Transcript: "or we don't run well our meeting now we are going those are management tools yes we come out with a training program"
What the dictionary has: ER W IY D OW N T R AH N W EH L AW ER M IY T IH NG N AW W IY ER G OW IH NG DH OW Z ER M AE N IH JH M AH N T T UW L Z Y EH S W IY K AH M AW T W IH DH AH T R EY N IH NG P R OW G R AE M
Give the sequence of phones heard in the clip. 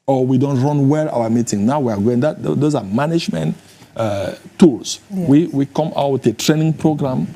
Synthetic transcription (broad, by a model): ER W IY D OW N T R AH N W EH L AW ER M IY T IH NG N AW W IY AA G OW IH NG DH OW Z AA M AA N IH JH M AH N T T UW L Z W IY W IY K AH M AW T W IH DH AH T R EY N IH NG P R OW G R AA M